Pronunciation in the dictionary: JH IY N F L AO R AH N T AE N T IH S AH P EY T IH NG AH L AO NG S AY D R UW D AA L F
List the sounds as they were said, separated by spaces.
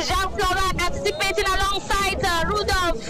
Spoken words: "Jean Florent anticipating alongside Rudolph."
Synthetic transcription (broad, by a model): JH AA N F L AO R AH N AE T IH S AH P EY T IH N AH L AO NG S AY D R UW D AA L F